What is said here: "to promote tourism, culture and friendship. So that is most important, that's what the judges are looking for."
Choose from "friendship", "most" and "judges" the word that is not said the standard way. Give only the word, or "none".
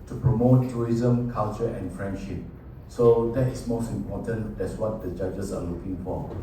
judges